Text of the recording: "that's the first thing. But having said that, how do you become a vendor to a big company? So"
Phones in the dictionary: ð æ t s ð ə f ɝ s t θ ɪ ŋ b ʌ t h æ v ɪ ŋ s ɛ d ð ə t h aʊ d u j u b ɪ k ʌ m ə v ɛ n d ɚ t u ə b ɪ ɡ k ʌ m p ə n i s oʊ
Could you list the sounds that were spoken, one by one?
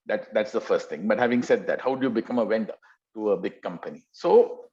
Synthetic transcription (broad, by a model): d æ t s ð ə f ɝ s t t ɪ ŋ b ʌ t h æ v ɪ ŋ s ɛ d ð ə t h aʊ d u j u b ɪ k ʌ m ə w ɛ n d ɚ t u ə b ɪ ɡ k ʌ m p ə n i s oʊ